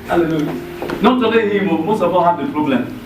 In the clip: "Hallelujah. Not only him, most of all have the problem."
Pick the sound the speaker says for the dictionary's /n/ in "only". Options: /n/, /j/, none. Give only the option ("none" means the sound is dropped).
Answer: none